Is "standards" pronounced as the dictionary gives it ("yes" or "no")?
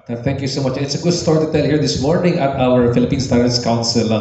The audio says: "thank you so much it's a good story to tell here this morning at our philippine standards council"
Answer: no